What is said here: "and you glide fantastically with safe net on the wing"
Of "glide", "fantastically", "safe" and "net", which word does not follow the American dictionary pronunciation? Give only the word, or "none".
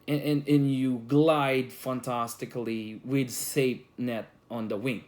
safe